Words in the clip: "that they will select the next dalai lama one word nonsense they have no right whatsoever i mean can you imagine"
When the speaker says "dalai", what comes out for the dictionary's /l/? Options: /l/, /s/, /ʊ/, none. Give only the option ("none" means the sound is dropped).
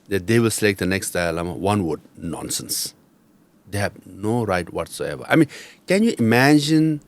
none